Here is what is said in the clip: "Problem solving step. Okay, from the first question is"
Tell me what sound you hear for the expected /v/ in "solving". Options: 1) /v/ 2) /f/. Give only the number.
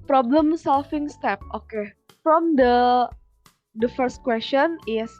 2